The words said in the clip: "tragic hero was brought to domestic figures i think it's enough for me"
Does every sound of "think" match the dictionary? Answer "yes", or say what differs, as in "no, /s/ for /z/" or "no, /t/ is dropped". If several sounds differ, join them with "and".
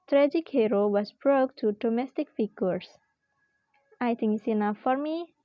no, /t/ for /θ/